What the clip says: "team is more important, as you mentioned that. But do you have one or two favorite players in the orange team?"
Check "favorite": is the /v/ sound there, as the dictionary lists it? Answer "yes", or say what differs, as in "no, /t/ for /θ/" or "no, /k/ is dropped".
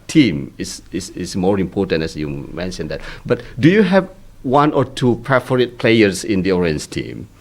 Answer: no, /f/ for /v/